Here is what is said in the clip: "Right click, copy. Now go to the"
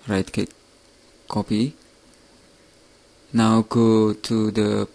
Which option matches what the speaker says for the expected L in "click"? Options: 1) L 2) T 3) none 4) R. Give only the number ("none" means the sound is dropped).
3